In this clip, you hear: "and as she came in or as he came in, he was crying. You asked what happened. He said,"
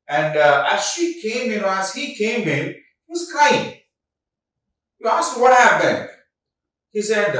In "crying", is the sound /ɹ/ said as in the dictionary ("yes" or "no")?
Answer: no